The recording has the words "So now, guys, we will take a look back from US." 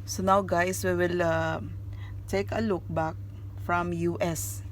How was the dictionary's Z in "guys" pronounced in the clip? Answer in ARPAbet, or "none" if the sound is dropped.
S